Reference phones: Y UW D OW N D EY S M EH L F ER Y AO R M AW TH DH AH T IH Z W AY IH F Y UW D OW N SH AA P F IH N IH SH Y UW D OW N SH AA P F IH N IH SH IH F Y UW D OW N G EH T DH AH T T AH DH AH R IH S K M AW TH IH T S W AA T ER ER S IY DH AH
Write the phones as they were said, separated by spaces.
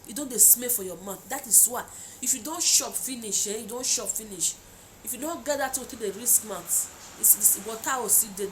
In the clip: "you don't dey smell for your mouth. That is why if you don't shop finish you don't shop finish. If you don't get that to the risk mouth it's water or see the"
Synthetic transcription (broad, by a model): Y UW D OW N D EY S M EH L F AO Y AO M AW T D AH T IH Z W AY IH F Y UW D OW N SH AA P F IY N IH SH Y UW D OW N SH AA P F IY N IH SH IH F Y UW D OW N G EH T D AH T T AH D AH R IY S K M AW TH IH S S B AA T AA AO S IY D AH